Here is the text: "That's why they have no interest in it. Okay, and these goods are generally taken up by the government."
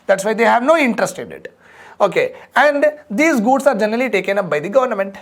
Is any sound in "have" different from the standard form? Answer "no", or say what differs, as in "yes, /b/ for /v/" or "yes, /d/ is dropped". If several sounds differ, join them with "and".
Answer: no